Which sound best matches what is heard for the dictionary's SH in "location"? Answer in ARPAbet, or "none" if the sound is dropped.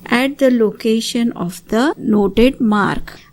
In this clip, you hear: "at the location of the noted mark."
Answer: SH